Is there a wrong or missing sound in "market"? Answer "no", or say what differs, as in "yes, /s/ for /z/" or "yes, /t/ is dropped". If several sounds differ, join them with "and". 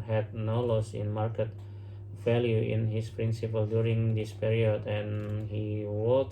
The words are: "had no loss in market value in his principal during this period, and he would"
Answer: no